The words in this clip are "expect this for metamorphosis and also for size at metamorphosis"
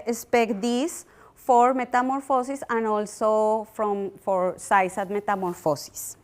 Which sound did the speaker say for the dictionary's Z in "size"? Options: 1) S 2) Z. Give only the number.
1